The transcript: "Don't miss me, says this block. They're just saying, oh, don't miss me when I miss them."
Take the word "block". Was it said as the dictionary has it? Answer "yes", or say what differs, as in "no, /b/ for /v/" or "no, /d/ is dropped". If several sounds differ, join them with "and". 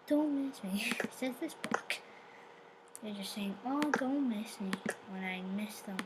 no, /l/ is dropped